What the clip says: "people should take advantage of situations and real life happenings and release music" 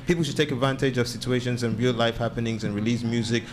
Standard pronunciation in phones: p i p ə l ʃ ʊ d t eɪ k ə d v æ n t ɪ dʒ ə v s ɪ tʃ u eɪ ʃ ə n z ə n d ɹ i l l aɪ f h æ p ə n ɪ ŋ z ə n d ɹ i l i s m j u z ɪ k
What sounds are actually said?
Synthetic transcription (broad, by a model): p i p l ʃ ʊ d t eɪ k ə d v æ n t ɪ dʒ ə v s ɪ tʃ u eɪ ʃ ə n z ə n ɹ i l l aɪ f h æ p ə n ɪ ŋ z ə n ɹ i l i s m j u z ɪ k